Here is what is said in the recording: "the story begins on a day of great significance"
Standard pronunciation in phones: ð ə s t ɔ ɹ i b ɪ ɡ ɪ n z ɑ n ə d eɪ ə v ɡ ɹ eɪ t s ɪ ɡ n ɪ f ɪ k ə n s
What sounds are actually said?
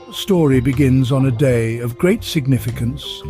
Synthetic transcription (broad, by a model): s t ɔ ɹ i b ɪ ɡ ɪ n z n ə d eɪ ə v ɡ ɹ eɪ t s ɪ ɡ n ɪ f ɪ k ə n s